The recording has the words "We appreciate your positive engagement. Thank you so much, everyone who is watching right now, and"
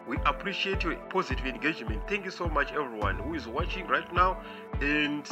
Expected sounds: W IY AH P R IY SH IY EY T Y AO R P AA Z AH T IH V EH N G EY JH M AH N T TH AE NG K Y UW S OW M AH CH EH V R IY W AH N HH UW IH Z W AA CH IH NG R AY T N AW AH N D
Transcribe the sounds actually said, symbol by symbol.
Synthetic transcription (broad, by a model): W IY AH P R IY SH IY EY T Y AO P AA Z AH T IH V EH N G EY JH M AH N T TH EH NG K Y UW S OW M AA CH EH V R IY W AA N HH UW IH Z W AA CH IH NG R AY T N AW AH N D